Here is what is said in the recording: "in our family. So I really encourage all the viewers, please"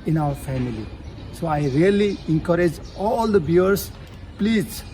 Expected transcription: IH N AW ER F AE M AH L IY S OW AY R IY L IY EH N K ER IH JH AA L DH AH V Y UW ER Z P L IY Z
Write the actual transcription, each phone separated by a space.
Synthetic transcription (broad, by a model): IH N AW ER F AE M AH L IY S OW AY R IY L IY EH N K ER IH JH AA L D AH B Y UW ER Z P L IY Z